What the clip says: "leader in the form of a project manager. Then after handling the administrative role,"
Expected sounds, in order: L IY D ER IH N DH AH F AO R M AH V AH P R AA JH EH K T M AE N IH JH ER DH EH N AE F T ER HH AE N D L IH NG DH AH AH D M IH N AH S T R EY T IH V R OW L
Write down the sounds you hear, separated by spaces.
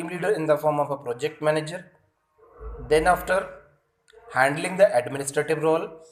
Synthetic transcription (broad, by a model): L IY D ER IH N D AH F AO R M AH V AH P R AA JH EH K T M AE N IH JH ER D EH N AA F T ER HH AE N D L IH NG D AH AH D M IH N AH S T R EY T IH V R OW L